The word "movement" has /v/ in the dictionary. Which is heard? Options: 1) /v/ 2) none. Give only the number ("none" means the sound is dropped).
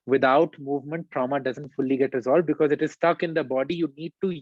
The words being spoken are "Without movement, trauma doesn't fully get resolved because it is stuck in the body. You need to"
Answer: 1